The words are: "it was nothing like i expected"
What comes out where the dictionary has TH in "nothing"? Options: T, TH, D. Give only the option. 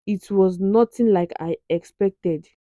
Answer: T